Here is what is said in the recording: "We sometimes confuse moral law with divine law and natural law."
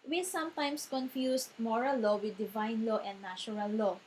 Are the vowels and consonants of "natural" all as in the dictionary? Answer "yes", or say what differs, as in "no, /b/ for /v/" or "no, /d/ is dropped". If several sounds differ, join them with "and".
no, /tʃ/ is dropped